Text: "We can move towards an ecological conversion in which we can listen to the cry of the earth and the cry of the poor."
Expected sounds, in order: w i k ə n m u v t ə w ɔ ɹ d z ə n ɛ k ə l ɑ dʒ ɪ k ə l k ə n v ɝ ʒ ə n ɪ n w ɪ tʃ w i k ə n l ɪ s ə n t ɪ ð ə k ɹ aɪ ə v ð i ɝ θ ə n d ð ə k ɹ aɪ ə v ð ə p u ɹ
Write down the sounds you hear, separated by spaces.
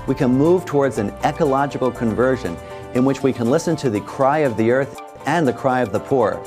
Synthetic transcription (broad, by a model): w i k ə n m u v t ə w ɔ ɹ d z ə n ɛ k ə l ɑ dʒ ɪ k l k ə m v ɝ ʒ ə n ɪ n w ɪ tʃ w i k ə n l ɪ s ə n t ɪ ð ə k ɹ aɪ ə v ð i ɝ θ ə n ð ə k ɹ aɪ ə v ð ə p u ɹ